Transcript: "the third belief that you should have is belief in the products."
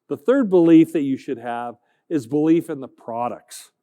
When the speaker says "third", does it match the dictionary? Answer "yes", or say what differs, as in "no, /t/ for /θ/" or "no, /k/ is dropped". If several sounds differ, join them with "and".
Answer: yes